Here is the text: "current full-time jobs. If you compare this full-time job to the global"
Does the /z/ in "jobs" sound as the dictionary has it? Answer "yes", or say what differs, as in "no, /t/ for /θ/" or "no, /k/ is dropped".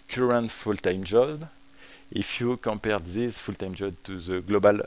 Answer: no, /z/ is dropped